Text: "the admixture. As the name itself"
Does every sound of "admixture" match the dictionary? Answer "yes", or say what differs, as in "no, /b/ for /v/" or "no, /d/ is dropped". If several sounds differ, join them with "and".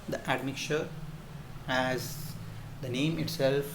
no, /s/ is dropped